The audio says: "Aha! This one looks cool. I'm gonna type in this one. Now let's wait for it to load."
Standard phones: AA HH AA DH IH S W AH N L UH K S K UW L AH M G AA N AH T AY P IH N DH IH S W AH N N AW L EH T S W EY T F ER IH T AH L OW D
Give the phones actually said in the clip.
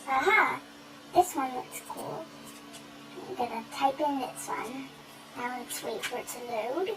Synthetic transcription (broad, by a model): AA HH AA DH IH S W AH N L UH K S K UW L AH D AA AH T AY P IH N DH IH S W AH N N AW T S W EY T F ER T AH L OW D